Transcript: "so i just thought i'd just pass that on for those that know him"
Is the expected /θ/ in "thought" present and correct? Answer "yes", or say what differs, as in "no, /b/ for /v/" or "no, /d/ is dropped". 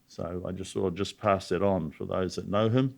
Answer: no, /s/ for /θ/